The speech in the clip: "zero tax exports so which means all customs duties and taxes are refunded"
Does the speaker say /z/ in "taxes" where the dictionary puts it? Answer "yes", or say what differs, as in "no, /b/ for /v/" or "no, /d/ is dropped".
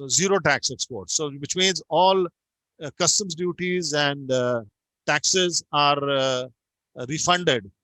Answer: yes